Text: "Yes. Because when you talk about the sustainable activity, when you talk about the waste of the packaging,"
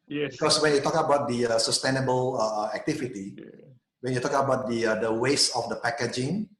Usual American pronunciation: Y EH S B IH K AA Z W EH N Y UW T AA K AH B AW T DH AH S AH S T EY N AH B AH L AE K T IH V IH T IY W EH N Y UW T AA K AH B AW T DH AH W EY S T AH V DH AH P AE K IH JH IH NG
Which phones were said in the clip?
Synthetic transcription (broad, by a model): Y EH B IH K AA S W EH N Y UW T AA K AH B AW T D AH S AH S T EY N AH B AH L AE K T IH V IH T IY W EH N Y UW T AA K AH B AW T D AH W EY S AH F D AH P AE K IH JH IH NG